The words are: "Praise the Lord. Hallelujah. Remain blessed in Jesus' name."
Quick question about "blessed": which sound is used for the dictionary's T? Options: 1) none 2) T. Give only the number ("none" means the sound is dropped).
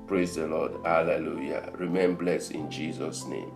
1